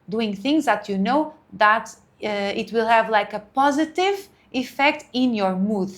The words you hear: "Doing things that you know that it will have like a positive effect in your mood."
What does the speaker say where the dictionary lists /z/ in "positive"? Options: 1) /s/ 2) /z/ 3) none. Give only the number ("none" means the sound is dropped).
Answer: 2